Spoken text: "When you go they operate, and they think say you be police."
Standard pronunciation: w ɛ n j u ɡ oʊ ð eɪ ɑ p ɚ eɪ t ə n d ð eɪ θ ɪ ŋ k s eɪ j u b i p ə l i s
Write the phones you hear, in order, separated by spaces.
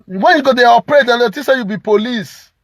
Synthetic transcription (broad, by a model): w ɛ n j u ɡ oʊ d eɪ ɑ p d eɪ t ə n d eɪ t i s eɪ j u b i p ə l i s